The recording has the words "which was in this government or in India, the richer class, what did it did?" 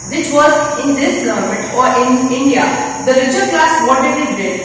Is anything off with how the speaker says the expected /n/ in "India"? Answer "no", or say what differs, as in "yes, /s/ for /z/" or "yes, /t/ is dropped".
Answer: no